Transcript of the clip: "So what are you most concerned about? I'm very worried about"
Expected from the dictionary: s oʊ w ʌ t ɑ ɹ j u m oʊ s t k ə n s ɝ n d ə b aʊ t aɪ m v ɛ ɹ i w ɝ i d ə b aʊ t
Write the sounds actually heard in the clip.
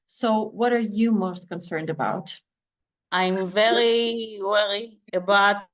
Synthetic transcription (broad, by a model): s oʊ w ʌ t ɑ ɹ j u m oʊ s t k ə n s ɝ n d ə b aʊ t aɪ m v ɛ ɹ i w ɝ i ə b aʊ t